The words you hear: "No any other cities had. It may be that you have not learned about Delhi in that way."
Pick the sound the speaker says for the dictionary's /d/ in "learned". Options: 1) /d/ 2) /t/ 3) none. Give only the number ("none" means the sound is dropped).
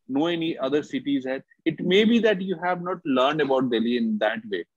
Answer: 1